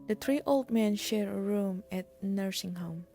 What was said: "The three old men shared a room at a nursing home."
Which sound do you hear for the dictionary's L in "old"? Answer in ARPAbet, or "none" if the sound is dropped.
L